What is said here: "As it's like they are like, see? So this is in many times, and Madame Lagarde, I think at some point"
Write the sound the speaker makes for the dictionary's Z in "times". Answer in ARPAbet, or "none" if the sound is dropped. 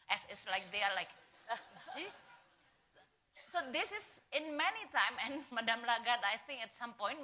none